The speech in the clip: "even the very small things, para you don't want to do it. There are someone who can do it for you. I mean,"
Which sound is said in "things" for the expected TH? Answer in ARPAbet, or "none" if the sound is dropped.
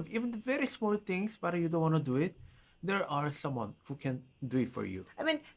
T